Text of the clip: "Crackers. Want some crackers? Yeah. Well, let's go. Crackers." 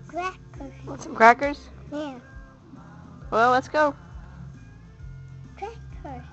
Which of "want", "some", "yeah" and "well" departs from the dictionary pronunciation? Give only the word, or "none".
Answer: want